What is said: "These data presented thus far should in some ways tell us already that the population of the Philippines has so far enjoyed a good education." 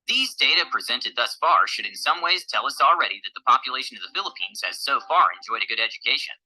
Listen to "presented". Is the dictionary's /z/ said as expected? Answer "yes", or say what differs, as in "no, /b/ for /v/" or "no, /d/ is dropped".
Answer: yes